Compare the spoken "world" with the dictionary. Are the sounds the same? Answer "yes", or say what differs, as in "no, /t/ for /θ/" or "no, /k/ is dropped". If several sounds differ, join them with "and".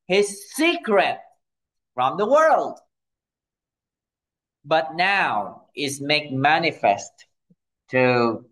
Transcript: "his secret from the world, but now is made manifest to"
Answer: yes